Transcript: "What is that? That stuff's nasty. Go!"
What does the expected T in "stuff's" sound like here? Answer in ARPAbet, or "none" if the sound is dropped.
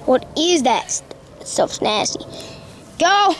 S